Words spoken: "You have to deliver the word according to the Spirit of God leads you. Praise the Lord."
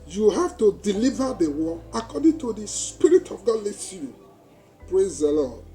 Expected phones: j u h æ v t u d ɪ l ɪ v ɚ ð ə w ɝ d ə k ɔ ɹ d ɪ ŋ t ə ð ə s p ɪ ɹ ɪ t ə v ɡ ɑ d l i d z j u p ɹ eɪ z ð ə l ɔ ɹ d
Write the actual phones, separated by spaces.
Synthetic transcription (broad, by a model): j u h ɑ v t u d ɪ l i v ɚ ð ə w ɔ ə k ɔ d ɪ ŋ t ə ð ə s p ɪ ɹ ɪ t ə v ɡ ɑ d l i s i p ɹ eɪ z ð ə l ɔ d